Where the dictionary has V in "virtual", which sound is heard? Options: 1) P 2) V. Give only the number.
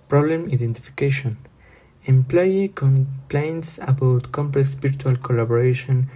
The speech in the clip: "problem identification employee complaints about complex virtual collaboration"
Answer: 1